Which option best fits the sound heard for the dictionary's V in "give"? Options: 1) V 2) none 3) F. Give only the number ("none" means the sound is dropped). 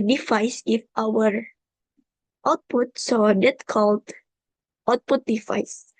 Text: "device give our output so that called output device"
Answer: 3